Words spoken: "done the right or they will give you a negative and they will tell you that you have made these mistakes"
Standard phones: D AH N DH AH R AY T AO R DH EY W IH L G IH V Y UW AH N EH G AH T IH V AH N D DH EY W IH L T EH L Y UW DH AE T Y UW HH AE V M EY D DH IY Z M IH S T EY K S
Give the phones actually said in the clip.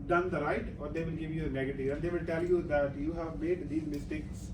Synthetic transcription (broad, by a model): D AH N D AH R AY T AO R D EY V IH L G IH V Y UW AH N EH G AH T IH AH N D EY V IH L T EH L Y UW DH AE T Y UW HH AE V M EY D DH IY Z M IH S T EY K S